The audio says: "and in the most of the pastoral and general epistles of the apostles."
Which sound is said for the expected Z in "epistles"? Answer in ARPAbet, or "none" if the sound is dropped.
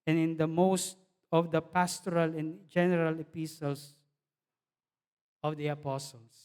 S